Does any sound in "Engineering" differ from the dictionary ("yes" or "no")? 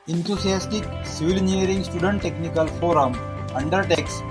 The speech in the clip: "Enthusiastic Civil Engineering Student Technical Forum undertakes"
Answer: yes